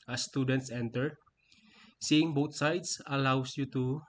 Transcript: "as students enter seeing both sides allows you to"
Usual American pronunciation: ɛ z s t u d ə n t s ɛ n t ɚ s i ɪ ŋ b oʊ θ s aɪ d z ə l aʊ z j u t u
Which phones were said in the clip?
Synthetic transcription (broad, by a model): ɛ s t u d ə n t s ɛ n t ɚ s i ɪ ŋ b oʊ t s aɪ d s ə l aʊ s j u t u